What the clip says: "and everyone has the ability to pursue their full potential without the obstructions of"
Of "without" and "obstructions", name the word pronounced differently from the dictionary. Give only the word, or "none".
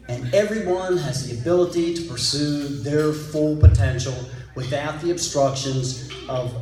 none